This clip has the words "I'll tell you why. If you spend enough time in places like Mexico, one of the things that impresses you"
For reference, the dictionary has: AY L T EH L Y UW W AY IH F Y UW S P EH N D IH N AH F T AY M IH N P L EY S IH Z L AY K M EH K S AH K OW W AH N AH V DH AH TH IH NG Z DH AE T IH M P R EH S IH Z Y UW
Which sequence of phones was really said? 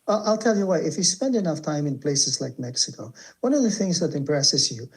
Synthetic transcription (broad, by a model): AY L T EH L Y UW W AY IH F Y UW S P EH N D IH N AH F T AY M IH N P L EY S IH Z L AY K M EH K S AH K OW W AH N AH V DH AH TH IH NG Z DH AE T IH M P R EH S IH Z Y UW